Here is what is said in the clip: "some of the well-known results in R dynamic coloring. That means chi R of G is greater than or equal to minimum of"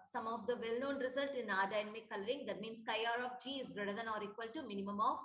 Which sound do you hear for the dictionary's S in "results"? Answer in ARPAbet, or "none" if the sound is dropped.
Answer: none